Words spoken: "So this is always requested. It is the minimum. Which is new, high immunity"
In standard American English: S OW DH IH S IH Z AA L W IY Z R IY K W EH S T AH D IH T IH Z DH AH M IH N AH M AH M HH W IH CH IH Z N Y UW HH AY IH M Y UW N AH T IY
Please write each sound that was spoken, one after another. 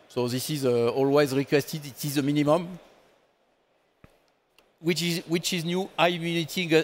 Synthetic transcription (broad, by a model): S OW DH IH S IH Z AA L W IY Z R IY K W EH S T AH D IH T IH Z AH M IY N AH M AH M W W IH CH IH Z N Y UW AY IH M Y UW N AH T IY